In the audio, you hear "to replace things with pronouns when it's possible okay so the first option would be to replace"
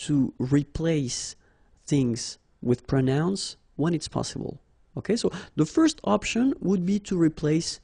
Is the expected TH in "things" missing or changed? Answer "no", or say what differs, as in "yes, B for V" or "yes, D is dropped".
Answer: no